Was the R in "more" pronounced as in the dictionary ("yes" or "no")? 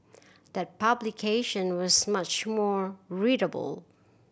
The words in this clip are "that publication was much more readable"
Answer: yes